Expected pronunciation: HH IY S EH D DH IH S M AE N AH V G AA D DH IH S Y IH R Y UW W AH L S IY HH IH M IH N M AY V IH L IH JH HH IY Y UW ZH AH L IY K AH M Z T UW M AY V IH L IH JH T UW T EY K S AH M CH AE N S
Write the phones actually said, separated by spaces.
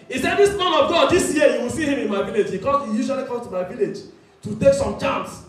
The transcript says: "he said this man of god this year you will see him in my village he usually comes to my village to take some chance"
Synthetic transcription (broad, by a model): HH IY S EH D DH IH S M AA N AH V G AA D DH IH S Y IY Y UW W AH L S IY HH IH M IH N M AY V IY L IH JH HH IY Y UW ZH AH L IY K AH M T UW M AY V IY L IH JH T UW T EY K S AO M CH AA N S